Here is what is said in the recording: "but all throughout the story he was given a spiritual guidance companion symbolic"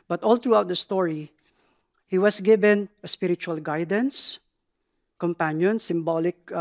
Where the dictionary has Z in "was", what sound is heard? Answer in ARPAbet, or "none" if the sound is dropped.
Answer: S